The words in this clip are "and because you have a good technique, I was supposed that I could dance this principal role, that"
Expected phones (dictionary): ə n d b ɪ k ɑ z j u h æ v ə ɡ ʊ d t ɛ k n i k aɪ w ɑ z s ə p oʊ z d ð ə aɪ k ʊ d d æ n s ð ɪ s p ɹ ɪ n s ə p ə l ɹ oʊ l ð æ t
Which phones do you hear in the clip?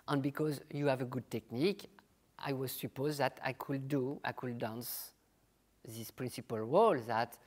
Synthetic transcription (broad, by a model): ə n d b ɪ k ɑ z j u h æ v ə ɡ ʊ d t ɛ k n i k aɪ w ɑ z s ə p oʊ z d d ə aɪ k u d d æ n s ð ɪ s p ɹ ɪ n s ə p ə l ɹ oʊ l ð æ t